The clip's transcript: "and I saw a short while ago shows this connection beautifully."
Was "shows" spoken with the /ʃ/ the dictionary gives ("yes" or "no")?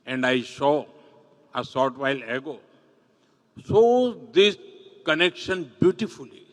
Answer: no